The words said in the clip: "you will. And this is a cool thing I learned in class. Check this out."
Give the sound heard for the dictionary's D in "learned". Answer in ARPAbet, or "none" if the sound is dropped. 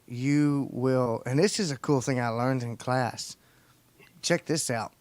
D